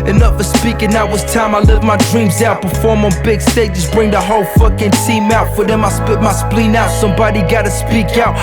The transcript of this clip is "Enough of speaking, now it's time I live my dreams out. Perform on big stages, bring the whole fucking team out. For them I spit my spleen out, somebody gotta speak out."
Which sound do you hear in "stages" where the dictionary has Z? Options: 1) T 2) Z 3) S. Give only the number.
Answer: 3